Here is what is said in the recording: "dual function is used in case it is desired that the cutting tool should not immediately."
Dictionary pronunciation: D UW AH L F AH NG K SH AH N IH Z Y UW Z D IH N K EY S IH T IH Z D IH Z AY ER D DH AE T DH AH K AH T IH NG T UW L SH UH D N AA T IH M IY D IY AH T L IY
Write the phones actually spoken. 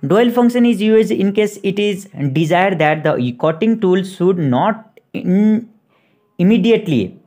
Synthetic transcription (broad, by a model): D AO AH L F AH NG K SH AH N IH Z Y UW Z IH N K EY S IH T IH Z D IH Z AY ER D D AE T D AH K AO T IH NG T UW L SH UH D N AA T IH M IY D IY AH T L IY